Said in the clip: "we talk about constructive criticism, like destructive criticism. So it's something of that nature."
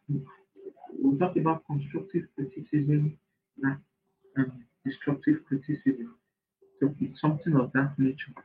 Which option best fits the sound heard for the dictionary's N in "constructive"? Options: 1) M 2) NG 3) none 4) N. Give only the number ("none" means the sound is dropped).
4